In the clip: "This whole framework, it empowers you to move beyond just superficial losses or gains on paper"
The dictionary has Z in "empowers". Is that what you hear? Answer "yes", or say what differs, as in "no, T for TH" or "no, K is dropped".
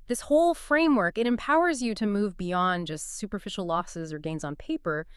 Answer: yes